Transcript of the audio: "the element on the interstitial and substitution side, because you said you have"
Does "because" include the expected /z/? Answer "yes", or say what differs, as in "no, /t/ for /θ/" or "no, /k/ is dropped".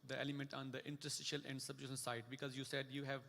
yes